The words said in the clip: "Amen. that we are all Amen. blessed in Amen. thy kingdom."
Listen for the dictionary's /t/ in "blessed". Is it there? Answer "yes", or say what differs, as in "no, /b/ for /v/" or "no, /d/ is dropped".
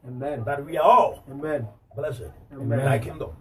no, /t/ is dropped